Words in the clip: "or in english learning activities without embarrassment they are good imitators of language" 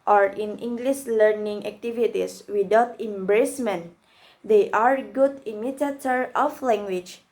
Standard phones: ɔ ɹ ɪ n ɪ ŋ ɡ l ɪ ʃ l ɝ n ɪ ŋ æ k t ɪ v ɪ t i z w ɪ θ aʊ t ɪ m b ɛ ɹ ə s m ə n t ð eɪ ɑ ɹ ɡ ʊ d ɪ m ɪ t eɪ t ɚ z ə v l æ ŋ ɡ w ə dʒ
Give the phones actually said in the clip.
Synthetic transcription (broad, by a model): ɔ ɹ ɪ n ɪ ŋ ɡ l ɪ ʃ l ɝ n ɪ ŋ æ k t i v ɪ t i s w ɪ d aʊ t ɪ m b ɹ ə s m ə n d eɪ ɑ ɹ ɡ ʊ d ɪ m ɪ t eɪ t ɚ ə f l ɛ ŋ ɡ w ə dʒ